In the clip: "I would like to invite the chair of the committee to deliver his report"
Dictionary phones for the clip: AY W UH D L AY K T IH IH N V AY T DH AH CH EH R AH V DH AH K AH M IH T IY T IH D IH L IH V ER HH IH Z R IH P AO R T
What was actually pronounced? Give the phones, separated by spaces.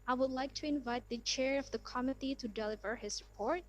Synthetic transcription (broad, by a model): AY W UH D L AY K T IH IH N V AY T DH AH CH EH R AH V DH AH K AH M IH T IY T IH D IH L IH V ER HH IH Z R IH P AO R T